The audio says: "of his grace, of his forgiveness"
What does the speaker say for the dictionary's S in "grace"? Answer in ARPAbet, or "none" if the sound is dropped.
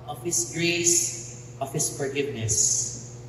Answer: S